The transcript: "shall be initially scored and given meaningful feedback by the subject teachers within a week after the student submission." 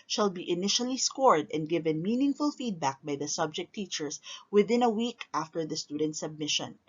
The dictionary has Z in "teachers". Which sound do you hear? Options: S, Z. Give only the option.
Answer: S